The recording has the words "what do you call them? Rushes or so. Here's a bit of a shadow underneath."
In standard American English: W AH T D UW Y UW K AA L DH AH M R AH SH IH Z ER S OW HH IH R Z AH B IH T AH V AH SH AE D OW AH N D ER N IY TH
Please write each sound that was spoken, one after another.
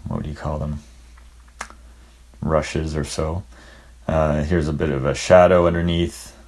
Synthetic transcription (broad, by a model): W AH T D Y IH K AA L DH AH M R AH SH IH Z ER S OW HH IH R Z AH B IH T AH V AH SH AE D OW AH N D ER N IY TH